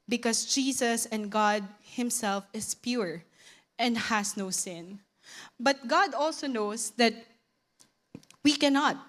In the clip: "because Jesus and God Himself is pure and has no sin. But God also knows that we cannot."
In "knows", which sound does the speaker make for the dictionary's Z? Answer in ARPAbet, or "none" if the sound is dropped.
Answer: S